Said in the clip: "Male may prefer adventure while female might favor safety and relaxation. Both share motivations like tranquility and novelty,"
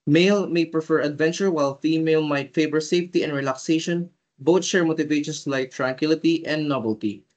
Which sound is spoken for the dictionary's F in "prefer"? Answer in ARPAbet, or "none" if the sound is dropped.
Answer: F